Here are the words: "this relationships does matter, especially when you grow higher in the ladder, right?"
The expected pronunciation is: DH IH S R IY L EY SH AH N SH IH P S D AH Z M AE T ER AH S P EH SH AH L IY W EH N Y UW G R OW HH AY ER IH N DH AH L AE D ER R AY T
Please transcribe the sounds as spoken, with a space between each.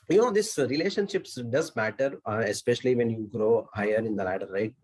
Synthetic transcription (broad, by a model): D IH S R IY L EY SH AH N SH IH P S D AH Z M AE T ER AH S P EH SH AH L IY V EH N Y UW G R OW HH AY ER IH N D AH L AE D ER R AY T